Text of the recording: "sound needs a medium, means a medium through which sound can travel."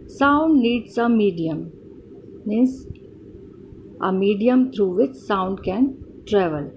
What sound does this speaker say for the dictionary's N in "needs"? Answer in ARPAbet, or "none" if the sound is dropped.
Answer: L